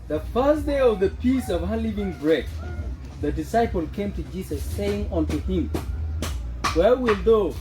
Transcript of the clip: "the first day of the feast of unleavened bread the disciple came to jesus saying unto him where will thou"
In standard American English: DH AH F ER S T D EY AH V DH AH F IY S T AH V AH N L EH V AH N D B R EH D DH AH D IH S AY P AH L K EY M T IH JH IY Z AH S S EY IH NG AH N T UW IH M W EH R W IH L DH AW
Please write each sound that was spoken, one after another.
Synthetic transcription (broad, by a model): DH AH F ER S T D EY AH V DH AH P IY S AH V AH L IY V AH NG B R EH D DH AH D IH S AY P AH L K EY M T IH JH IY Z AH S S EY IH NG AH N T UW IH M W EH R W IH L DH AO